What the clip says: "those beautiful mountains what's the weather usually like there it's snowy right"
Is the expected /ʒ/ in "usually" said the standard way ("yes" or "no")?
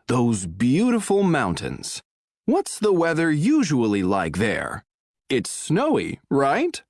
yes